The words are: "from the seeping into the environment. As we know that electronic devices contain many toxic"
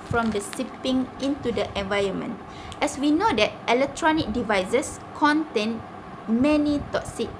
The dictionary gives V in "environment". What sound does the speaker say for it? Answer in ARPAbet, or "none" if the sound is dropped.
V